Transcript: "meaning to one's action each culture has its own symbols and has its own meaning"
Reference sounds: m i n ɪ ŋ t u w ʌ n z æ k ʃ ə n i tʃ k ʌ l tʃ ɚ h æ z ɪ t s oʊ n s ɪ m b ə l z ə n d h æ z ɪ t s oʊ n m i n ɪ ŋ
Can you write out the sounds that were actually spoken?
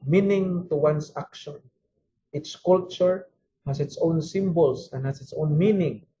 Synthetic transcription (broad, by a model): m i n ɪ ŋ t u w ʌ n s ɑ k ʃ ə n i s k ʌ l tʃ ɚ h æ s ɪ t s oʊ n s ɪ m b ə l s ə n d h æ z ɪ t s oʊ n m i n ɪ ŋ